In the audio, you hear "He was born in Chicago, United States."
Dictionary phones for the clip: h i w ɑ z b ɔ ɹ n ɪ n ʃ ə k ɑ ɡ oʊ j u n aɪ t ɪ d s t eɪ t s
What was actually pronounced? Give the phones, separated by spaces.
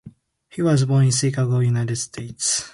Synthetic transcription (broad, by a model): h i w ɑ z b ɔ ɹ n ɪ n s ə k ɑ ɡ oʊ j u n aɪ t ɪ d s t eɪ t s